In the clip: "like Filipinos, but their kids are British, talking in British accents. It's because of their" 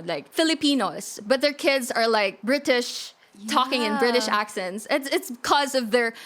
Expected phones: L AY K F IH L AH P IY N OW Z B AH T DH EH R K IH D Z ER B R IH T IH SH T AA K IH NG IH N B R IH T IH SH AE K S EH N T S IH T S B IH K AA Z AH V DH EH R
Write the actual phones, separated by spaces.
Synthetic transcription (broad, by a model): L AY K F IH L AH P IY N OW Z B AH T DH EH R K IH D Z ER B R IH T IH SH T AA K IH NG IH N B R IH T IH SH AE K S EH N T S IH T S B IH K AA Z AH V DH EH R